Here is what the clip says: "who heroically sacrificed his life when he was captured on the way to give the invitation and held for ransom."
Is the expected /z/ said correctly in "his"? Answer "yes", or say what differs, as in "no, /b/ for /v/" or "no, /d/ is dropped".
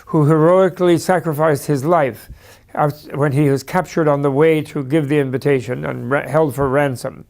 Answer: yes